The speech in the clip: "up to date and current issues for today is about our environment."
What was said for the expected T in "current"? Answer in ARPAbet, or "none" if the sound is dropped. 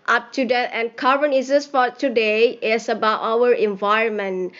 none